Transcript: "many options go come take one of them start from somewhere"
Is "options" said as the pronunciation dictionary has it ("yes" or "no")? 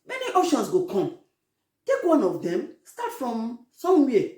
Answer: no